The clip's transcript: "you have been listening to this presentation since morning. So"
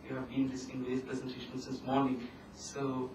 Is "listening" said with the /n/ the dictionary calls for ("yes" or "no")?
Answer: no